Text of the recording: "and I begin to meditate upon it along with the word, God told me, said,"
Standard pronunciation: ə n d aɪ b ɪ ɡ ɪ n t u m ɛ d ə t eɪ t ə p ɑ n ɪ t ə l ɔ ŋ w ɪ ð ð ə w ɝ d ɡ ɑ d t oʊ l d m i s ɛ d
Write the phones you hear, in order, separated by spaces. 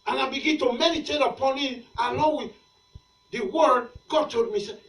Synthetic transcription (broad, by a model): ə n aɪ b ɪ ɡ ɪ n t u m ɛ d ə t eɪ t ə p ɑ n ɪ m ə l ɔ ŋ w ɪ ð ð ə w ɝ d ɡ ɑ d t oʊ d m i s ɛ